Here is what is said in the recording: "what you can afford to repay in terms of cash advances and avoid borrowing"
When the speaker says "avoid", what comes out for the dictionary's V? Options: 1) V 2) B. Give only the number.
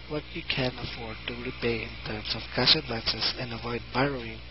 1